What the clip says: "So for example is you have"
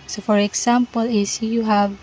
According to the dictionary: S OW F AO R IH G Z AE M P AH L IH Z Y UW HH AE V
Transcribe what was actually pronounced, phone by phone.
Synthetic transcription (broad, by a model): S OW F AO R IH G S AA M P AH L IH S Y UW HH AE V